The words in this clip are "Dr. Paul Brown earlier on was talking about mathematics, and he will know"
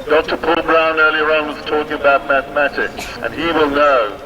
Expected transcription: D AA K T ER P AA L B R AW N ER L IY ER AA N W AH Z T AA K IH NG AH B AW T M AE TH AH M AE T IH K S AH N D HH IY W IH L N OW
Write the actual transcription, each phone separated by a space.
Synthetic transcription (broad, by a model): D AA K T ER P AA L B R AW N ER L IY ER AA N W AH Z T AA K IH NG AH B AW T M AE TH AH M AE T IH K S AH N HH IY W IH L N OW